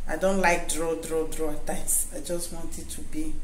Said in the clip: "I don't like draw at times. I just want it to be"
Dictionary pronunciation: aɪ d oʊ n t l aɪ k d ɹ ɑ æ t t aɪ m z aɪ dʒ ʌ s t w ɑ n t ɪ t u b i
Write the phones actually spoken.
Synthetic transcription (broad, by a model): aɪ d oʊ n t l aɪ k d ɹ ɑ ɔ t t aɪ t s aɪ dʒ ʌ s t w ɑ n t ɪ t u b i